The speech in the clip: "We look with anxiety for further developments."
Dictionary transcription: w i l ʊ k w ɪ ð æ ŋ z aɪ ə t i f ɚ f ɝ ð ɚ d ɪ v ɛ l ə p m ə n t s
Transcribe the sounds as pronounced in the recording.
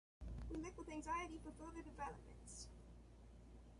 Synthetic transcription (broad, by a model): w i l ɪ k w ɪ ð æ ŋ z aɪ ə t i f ɚ f ɝ ð ɚ d ɪ v ɛ l ə p m ə n t s